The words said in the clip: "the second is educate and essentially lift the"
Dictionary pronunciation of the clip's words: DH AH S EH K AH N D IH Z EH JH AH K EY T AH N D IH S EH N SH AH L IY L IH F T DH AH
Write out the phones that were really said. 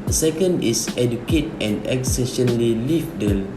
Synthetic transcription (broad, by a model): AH S EH K AH N D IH S EH JH AH K EY T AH N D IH S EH SH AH L IY L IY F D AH